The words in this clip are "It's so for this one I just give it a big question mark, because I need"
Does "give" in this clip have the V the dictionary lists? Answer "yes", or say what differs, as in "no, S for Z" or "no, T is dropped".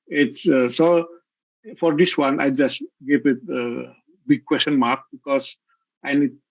no, P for V